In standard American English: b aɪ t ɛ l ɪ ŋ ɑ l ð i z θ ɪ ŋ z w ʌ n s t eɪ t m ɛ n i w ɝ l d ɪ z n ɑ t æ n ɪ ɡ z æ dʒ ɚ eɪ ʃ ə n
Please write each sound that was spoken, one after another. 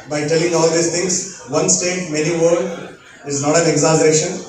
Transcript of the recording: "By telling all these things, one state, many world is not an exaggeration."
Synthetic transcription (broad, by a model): b aɪ t ɛ l ɪ ŋ ɑ l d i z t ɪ ŋ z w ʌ n s t eɪ t m ɛ n i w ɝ d ɪ z n ɑ t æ n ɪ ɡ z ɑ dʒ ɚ eɪ ʃ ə n